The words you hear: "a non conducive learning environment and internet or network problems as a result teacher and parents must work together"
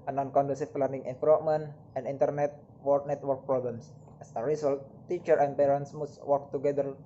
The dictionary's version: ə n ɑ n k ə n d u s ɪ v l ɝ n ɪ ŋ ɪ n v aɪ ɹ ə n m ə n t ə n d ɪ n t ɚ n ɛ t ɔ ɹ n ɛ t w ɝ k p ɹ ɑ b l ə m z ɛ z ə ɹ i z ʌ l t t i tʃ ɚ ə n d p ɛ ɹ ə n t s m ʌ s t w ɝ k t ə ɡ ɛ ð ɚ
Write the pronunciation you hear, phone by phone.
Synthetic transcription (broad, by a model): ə n ɑ n k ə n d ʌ s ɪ p l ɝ n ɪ ŋ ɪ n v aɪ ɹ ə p m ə n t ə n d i n t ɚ n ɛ t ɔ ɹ n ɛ t w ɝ k p ɹ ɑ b l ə m s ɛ s ə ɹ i s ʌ l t t i tʃ ɚ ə n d p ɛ ɹ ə n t s m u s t w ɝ k t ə ɡ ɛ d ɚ